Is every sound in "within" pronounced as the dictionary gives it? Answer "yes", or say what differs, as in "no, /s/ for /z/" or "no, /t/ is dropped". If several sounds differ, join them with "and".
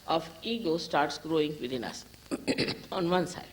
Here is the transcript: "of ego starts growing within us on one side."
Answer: no, /t/ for /θ/